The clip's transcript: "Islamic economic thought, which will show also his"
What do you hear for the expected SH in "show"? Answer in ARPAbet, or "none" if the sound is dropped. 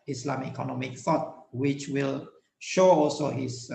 SH